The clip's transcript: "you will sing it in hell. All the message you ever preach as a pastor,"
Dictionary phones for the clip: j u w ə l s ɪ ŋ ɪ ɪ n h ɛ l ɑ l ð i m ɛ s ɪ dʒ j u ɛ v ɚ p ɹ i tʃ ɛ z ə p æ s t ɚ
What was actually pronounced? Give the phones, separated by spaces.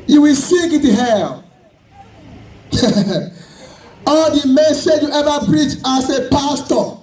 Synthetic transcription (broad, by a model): j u w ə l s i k ɪ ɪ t h ɛ l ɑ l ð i m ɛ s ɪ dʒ j u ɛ v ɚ p ɹ i tʃ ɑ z ə p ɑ s t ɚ